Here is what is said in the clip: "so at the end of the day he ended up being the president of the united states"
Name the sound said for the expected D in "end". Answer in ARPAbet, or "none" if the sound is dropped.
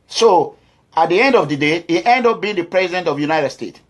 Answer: D